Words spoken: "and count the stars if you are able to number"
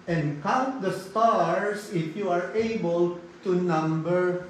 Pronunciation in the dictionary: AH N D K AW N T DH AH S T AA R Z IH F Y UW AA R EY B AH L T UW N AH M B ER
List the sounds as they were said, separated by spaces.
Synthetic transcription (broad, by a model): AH N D K AW N T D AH S T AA R S IH F Y UW AA R EY B AH L T UW N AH M B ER